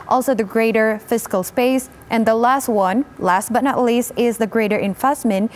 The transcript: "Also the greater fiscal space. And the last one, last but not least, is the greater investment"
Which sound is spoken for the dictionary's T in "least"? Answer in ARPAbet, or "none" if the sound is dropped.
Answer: T